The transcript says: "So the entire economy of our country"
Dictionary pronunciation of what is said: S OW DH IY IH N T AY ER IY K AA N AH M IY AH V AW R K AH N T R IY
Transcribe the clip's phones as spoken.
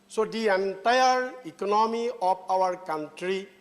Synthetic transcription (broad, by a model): S OW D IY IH N T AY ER IY K AA N AH M IY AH P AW R K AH N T R IY